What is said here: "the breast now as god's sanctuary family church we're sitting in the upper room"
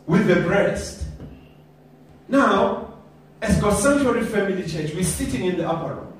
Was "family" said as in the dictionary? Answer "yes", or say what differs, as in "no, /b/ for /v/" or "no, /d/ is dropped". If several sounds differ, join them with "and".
yes